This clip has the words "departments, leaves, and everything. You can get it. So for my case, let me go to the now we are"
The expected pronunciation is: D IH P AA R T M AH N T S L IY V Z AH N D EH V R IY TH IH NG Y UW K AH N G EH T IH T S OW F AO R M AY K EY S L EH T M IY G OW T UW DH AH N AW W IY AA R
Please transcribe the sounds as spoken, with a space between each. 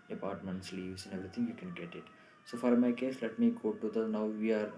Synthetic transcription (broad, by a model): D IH P AA R T M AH N T S L IY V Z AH N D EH V R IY T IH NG Y UW K AH N G EH T IH T S OW F AO R M AY K EY S L EH T M IY G OW T UW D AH N AW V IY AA R